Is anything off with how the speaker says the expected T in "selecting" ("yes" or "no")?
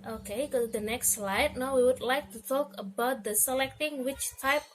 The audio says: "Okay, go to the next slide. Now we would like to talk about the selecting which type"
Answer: no